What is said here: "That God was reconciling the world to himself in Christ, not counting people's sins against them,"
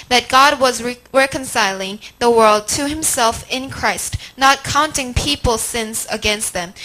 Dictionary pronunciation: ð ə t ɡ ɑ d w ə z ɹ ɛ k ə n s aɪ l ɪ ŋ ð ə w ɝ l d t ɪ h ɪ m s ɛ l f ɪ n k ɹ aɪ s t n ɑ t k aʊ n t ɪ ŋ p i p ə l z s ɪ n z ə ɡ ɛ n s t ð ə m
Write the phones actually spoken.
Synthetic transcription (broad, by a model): ð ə t ɡ ɑ d w ə z ɹ ɛ k ə n s aɪ l ɪ ŋ ð ə w ɝ l d t ɪ h ɪ m s ɛ l f ɪ n k ɹ aɪ s t n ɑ t k aʊ n t ɪ ŋ p i p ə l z s ɪ n z ə ɡ ɛ n s t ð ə m